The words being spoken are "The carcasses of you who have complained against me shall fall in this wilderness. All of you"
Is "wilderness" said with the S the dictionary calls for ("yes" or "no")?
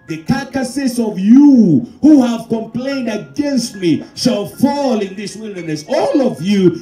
yes